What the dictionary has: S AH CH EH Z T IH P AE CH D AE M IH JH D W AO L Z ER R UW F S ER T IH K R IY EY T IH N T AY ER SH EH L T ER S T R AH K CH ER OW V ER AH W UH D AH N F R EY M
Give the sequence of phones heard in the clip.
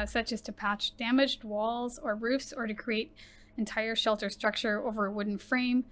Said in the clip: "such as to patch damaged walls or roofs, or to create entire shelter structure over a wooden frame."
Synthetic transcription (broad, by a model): S AH CH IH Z T IH P AE CH D AE M IH JH D W AO L Z ER R UW F S ER T IH K R IY EY T IH N T AY ER SH EH L T ER S T R AH K CH ER OW V ER W UH D N F R EY M